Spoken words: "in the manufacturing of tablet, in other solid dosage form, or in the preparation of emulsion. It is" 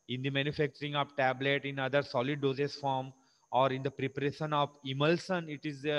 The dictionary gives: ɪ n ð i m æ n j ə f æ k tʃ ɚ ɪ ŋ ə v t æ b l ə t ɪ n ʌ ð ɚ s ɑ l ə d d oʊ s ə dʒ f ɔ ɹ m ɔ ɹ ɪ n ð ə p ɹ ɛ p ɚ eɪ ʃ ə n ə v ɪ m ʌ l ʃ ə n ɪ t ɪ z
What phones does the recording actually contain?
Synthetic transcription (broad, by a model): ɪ n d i m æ n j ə f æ k tʃ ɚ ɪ ŋ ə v t æ b l ə t ɪ n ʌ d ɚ s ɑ l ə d d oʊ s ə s f ɔ ɹ m ɔ ɹ ɪ n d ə p ɹ ɛ p ɚ eɪ ʃ ə n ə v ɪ m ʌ l s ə n ɪ t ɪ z